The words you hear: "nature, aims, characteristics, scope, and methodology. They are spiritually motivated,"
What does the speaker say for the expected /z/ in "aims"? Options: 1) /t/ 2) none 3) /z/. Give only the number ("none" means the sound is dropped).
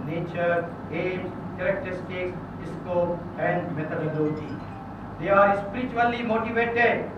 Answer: 2